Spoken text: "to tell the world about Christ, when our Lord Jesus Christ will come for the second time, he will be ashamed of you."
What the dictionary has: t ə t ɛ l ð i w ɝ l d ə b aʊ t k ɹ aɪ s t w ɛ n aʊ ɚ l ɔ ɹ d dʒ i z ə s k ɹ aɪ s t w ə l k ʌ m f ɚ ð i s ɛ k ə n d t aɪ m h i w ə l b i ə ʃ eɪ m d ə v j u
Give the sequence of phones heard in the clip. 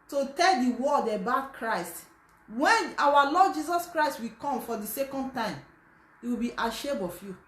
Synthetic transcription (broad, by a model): t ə t ɛ l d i w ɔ d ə b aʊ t k ɹ aɪ s t w ɛ n aʊ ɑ l ɔ d dʒ i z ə s k ɹ aɪ s t w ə k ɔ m f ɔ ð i s ɛ k ə n d t aɪ m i w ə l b i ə ʃ eɪ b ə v j u